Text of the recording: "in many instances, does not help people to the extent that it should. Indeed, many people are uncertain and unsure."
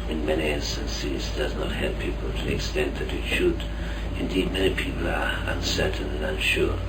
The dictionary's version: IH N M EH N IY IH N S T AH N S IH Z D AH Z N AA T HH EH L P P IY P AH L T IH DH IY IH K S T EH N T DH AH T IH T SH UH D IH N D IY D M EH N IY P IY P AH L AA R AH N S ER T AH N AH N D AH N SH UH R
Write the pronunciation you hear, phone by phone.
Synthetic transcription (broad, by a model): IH N M EH N IY IH N S T AH N S IH Z D AH Z N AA T HH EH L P P IY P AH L T IH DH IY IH K S T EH N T DH AH T IH T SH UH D IH N D IY D M EH N IY P IY P AH L AA R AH N S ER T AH N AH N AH N SH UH R